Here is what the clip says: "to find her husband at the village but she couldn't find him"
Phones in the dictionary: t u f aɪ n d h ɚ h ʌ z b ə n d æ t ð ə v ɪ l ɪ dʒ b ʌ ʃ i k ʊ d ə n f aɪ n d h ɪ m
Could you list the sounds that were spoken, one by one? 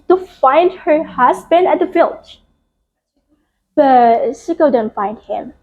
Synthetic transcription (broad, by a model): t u f aɪ n d h ɚ h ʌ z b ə n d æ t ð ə f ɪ l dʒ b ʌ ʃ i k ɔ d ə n f aɪ n d h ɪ m